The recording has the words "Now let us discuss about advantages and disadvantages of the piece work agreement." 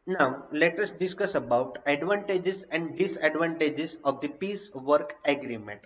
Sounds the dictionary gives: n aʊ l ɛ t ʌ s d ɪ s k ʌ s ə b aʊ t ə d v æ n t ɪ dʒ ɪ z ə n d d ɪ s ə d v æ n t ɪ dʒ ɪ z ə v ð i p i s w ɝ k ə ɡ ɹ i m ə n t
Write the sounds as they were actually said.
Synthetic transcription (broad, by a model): n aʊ l ɛ t ʌ s d ɪ s k ʌ s ə b aʊ t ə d v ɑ n t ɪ dʒ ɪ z ə n d d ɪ s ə d v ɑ n t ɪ dʒ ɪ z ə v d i p i s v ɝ k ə ɡ ɹ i m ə n t